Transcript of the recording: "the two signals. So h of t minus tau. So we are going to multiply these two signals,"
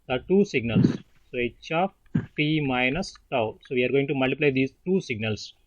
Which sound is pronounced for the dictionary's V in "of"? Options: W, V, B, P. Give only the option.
P